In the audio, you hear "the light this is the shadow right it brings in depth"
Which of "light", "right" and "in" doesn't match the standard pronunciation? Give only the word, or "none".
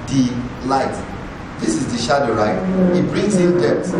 in